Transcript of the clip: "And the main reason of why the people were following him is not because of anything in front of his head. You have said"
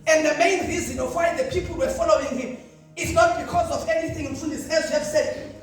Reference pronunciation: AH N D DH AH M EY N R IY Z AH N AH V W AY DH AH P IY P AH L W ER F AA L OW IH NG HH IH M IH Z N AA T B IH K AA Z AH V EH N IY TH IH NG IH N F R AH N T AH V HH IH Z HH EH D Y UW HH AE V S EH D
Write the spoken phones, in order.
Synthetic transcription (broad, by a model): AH N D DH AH M EY N R IY Z AH N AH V W AY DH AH P IY P L W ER F AA L OW IH NG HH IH M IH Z N AA T B IH K AA Z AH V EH N IY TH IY NG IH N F UW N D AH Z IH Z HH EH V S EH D